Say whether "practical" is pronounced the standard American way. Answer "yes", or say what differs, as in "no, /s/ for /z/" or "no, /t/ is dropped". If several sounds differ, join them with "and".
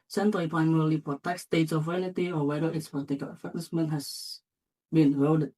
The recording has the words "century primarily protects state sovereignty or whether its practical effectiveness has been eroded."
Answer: no, /ɹ/ is dropped